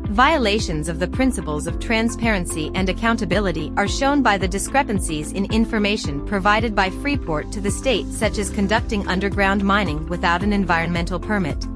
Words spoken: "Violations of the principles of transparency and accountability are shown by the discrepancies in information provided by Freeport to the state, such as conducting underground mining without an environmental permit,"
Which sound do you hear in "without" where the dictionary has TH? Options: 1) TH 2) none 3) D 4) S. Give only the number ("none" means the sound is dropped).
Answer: 1